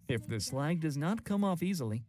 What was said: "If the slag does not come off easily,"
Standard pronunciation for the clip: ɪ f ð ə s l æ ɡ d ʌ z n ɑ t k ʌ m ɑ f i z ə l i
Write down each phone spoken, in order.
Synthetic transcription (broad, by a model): ɪ f ð ə s l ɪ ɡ d ʌ z n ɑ t k ʌ m ɑ f i z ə l i